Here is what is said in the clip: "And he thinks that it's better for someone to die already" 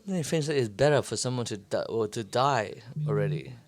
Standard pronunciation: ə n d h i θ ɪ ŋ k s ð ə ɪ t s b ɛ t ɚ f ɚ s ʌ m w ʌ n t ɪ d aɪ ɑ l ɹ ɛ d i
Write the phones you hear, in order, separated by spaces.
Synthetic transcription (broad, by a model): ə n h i f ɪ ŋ s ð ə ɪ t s b ɛ t ɚ f ɚ s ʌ m w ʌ n t ɪ d aɪ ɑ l ɹ ɛ d i